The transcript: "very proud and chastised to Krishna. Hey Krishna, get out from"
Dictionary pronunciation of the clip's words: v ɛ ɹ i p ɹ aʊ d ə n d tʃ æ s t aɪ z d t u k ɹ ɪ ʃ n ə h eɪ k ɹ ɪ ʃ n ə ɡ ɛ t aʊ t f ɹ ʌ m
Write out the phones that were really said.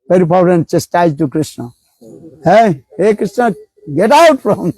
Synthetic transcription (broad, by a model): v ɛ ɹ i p aʊ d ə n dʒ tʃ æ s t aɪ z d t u k ɹ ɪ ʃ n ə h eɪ k ɹ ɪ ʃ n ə ɡ ɛ t aʊ t f ɹ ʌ m